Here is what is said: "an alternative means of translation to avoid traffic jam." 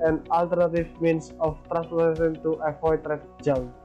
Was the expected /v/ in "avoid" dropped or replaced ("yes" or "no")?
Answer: yes